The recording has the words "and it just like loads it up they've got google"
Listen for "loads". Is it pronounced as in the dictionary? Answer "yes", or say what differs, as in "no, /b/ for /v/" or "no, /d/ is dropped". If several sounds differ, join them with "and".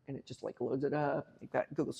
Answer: yes